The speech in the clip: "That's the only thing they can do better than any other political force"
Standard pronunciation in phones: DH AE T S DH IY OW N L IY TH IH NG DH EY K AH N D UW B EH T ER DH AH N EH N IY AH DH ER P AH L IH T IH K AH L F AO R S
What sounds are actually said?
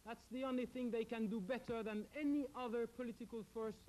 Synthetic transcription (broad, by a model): DH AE T S DH IY OW N L IY TH IH NG DH EY K AH N D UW B EH T ER DH AH N EH N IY AH DH ER P AH L IH T IH K AH L F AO R S